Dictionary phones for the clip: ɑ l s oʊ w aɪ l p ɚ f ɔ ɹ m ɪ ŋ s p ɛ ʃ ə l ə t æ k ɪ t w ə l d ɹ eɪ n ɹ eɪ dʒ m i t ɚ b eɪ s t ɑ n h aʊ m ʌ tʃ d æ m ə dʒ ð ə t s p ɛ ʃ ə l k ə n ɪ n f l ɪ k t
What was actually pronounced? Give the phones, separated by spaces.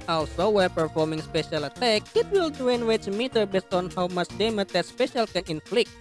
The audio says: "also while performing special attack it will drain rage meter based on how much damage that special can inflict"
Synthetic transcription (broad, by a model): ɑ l s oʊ w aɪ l p ɚ f ɔ ɹ m ɪ ŋ s p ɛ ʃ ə l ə t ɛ k ɪ t w ə l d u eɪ n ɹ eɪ tʃ m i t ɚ b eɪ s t ɑ n h aʊ m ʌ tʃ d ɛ m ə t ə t s p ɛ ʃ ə l k ə n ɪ n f l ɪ k